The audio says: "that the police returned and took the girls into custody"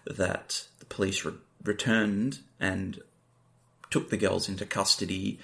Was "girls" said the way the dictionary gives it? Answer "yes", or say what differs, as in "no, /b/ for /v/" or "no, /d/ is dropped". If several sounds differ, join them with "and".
yes